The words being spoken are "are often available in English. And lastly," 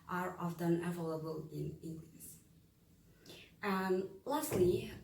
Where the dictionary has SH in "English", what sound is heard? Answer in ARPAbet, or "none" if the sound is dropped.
S